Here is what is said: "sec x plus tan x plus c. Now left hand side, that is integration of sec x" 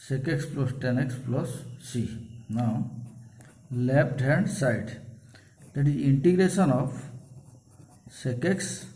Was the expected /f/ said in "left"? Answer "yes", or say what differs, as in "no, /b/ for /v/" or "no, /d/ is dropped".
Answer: no, /p/ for /f/